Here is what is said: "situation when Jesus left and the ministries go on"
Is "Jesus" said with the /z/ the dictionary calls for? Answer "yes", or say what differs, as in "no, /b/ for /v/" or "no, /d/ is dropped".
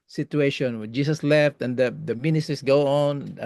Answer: no, /s/ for /z/